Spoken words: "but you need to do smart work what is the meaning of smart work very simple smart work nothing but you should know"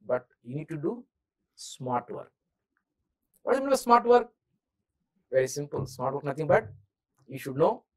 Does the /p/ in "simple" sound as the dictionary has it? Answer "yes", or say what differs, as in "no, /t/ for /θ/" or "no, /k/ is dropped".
yes